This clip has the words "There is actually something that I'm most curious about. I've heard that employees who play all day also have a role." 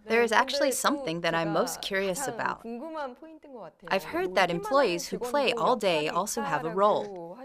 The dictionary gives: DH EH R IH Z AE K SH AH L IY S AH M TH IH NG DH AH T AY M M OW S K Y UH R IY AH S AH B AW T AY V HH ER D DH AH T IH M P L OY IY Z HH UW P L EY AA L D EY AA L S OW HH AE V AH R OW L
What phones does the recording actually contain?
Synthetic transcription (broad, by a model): DH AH R IH Z AE K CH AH L IY S AH M TH IH NG DH AH T AY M M OW S K Y UH R IY AH S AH B AW T AY V HH ER D DH AH T IH M P L OY IY Z HH UW P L EY AA L D EY AA L S OW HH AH V AH R OW L